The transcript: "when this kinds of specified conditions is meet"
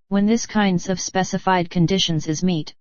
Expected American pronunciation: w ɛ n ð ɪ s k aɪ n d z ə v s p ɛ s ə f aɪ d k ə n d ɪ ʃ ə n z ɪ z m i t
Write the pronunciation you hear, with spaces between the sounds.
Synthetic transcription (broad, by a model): w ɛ n ð ɪ s k aɪ n d z ə v s p ɛ s ə f aɪ d k ə n d ɪ ʃ ə n z ɪ z m i t